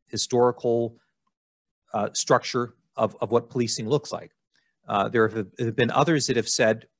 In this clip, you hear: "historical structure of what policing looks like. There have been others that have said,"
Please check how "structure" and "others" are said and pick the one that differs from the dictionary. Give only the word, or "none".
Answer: none